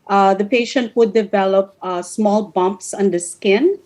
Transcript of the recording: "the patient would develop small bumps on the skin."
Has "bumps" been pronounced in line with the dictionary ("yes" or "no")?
yes